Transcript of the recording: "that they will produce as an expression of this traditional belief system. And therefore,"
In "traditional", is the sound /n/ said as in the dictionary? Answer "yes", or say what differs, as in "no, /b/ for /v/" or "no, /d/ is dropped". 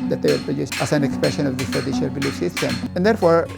no, /n/ is dropped